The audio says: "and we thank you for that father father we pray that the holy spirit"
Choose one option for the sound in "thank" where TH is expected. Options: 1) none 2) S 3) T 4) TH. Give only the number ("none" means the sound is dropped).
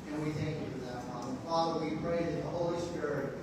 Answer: 4